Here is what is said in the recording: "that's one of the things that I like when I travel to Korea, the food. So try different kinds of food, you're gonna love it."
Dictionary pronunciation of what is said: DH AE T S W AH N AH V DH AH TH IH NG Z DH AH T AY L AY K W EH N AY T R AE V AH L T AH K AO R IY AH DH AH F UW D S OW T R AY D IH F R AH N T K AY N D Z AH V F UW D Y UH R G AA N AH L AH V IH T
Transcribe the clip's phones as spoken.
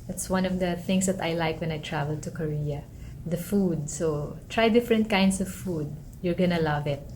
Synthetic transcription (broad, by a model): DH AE T S W AH N AH V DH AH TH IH NG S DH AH T AY L AY K W EH N AY T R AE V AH L T AH K AO R IY AH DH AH F UW D S OW T R AY D IH F R AH N T K AY N D S AH V F UW D Y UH R G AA N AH L AH V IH T